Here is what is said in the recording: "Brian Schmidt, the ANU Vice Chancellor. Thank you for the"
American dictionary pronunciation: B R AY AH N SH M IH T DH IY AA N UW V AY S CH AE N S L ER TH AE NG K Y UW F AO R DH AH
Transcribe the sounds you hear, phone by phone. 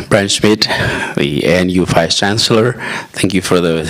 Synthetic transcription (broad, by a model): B R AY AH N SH M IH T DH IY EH N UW F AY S CH AE N S L ER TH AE NG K Y UW F AO R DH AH